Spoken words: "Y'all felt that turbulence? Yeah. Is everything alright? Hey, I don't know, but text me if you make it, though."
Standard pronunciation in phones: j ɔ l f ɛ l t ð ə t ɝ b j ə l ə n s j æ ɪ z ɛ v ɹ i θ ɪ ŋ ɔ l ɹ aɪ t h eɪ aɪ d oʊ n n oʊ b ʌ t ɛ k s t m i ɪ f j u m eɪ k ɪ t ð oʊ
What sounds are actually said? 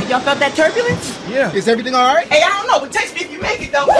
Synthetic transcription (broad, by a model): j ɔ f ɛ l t ð ə t ɝ b j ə l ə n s j æ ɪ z ɛ v ɹ i θ ɪ ŋ ɔ l ɹ aɪ t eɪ aɪ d oʊ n n oʊ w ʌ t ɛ s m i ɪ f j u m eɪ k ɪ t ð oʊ